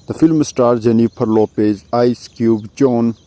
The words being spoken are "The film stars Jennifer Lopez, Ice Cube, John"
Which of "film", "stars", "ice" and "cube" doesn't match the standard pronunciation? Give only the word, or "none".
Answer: stars